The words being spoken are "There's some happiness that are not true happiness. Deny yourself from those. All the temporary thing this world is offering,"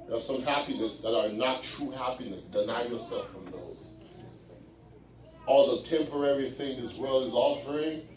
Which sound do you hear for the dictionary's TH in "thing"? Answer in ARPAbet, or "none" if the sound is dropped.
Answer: TH